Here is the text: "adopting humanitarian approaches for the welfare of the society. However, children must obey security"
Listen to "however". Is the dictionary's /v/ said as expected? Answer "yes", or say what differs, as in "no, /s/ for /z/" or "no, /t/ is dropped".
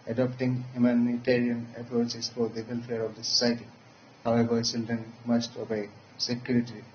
no, /b/ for /v/